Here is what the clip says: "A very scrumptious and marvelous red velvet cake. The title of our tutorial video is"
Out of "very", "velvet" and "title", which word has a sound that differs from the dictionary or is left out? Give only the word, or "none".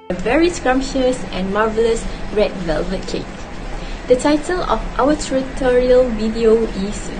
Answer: none